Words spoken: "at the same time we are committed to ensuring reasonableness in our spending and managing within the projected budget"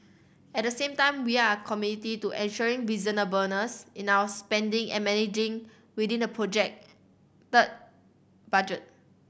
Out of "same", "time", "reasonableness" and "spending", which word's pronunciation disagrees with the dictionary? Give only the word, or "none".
reasonableness